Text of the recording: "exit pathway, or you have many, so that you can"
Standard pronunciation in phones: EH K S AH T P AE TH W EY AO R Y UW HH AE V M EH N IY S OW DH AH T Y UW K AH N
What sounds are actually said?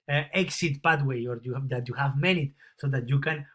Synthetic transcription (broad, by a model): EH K S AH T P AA T W EY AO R Y UW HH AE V M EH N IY S OW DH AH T Y UW K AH N